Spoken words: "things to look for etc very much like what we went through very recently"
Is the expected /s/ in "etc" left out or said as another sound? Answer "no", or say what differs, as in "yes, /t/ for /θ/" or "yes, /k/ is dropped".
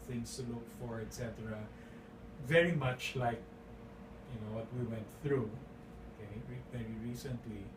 no